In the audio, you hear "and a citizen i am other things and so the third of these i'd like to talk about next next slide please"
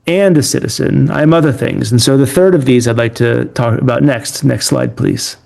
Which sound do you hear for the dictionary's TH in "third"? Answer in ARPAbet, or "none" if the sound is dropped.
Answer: TH